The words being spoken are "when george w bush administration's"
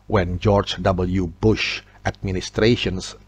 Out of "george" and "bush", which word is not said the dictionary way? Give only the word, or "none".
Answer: none